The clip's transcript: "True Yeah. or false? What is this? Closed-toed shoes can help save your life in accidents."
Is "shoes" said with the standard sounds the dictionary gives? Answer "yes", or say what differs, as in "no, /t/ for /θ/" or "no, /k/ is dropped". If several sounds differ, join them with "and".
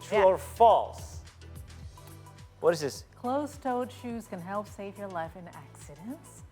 yes